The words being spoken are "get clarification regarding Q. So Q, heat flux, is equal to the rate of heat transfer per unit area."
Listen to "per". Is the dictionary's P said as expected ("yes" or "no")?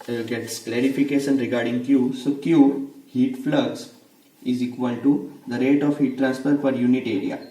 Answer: no